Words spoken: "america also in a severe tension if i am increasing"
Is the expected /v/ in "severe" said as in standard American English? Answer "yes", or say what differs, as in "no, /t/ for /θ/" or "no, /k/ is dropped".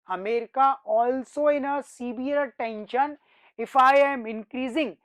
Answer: no, /b/ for /v/